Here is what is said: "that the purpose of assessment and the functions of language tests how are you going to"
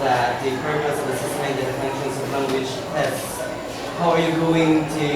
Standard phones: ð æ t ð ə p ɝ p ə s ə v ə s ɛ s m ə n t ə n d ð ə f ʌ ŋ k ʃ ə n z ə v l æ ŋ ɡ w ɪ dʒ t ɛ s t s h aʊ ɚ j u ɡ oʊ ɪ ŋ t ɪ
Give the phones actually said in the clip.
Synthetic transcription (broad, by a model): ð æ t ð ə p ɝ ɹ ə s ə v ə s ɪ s ə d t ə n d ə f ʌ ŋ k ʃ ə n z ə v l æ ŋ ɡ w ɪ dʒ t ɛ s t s h aʊ ɚ j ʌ ɡ oʊ ɪ ŋ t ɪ